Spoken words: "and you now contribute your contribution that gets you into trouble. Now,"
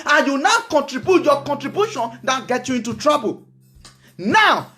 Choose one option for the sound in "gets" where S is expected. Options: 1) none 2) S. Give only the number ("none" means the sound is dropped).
1